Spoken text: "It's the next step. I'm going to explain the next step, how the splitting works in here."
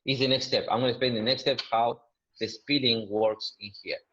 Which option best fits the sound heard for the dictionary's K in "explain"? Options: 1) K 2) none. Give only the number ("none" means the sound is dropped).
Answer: 2